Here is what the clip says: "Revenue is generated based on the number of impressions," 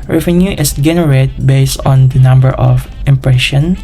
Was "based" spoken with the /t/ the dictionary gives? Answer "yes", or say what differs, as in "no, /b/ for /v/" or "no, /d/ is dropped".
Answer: yes